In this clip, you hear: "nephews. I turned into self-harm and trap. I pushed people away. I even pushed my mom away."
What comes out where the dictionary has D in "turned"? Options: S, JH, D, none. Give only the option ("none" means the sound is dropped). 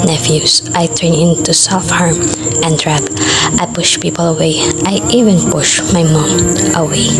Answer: none